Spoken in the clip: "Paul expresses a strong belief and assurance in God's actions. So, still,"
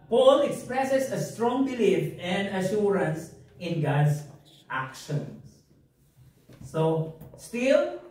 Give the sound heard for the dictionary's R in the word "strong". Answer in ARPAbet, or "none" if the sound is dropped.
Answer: R